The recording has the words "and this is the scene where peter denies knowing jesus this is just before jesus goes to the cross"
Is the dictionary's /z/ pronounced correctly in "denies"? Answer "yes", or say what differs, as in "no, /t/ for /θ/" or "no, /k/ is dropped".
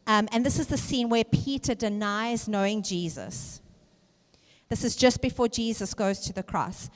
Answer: yes